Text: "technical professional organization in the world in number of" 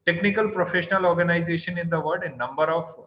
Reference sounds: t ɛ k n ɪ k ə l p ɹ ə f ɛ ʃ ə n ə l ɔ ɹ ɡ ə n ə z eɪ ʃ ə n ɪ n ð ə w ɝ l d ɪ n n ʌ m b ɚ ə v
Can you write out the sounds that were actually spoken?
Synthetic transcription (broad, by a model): t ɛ k n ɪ k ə l p ɹ ə f ɛ ʃ ə n ə l ɔ ɹ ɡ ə n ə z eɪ ʃ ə n ɪ n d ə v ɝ d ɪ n n ʌ m b ɚ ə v